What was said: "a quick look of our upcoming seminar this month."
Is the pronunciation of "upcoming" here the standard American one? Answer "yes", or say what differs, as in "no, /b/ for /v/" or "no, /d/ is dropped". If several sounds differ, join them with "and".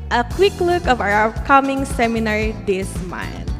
no, /p/ is dropped